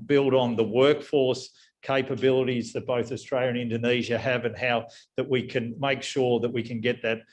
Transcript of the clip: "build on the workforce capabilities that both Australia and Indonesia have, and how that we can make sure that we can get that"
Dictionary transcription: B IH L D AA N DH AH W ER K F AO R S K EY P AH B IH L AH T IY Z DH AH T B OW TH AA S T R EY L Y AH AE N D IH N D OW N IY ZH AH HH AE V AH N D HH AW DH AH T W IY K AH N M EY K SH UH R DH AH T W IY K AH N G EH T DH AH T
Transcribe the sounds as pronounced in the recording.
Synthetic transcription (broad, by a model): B IH L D N DH AH W ER K F AO R S K EY P AH B IH L AH T IY Z DH AH T B OW TH AA S T R EY L Y AH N IH N D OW N IY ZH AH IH V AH N HH AW DH AH T W IY K AH N M EY K SH UH R DH AH T W IY K AH N G EH T DH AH T